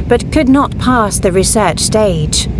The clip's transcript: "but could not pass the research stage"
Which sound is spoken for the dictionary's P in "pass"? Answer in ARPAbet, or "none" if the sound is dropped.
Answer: P